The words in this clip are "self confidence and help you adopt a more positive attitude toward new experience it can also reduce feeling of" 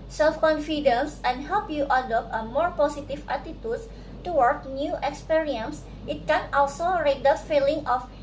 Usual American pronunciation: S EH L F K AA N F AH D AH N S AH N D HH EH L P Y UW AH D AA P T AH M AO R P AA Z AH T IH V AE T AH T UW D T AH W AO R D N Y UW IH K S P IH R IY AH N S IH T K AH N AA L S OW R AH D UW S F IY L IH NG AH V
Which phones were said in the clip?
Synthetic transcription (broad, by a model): S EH L F K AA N F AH D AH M S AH N HH EH L P Y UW AH D AA P T AH M AO R P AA S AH T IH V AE T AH T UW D T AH W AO R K N Y UW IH K S P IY R IY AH N S IH T K AH N AA L S OW R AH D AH F IY L IH NG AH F